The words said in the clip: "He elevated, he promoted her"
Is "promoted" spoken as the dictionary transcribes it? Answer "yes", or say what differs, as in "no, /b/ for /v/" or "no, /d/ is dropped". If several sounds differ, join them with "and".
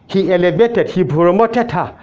no, /b/ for /p/